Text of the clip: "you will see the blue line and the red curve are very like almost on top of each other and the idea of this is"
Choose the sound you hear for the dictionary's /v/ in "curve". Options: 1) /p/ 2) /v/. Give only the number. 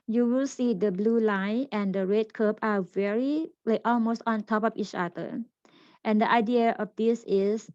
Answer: 1